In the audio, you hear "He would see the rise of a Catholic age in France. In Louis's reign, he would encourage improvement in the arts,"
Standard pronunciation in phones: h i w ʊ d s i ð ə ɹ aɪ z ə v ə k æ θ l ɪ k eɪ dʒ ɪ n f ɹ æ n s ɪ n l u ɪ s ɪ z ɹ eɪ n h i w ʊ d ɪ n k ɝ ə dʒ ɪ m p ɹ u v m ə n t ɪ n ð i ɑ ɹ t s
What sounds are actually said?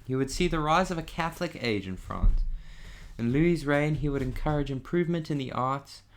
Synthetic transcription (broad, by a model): h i w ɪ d s i ð ə ɹ aɪ z ə v ə k æ θ l ɪ k eɪ dʒ ɪ n f ɹ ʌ n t ɪ n l u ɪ z ɹ eɪ n i w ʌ d ɪ n k ɝ ə dʒ ɪ m p ɹ u v m ə n t ɪ n ð i ɑ ɹ t s